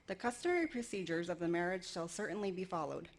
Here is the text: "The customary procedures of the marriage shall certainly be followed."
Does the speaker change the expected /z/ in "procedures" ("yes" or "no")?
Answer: no